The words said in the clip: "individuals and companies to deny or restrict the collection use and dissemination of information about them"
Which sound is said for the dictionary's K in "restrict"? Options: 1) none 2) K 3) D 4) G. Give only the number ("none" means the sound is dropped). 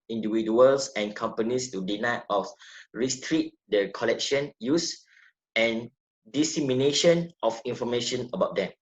1